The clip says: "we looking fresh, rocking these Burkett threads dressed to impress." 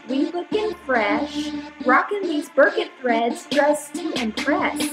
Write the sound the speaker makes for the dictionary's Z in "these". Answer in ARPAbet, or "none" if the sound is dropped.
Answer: Z